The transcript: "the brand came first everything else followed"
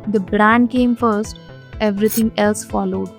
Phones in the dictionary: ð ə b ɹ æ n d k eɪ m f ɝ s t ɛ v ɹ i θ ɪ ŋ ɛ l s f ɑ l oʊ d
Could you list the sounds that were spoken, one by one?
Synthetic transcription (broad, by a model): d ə b ɹ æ n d k eɪ m f ɝ s t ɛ v ɹ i t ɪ ŋ ɛ l s f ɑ l oʊ d